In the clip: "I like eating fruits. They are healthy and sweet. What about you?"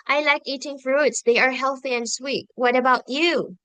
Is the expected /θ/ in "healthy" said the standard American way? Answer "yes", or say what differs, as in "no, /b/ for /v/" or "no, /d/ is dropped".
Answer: yes